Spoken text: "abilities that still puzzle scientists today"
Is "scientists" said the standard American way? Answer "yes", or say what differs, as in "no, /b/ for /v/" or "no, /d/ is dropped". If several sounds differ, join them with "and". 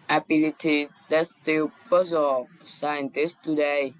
yes